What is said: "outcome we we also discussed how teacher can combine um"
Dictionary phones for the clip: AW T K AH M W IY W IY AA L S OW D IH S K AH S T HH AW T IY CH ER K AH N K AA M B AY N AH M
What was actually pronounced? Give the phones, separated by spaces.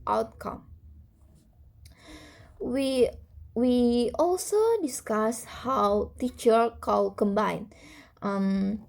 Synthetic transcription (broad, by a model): AW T K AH M W IY W IY AA L S OW D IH S K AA S HH AW T IY CH ER K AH L K AA M B AY N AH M